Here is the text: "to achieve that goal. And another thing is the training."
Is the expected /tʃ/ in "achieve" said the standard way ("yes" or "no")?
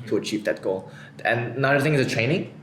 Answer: yes